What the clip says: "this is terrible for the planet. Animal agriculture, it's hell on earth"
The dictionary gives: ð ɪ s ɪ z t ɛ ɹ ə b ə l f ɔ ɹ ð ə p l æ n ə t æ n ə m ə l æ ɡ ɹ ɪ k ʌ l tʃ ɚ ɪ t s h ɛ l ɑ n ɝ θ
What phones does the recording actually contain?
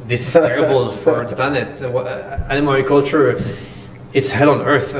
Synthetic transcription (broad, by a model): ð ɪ s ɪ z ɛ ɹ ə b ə l f ɔ ɹ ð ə p l æ n ə t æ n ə m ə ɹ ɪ k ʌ l tʃ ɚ ɪ t s h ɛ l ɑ n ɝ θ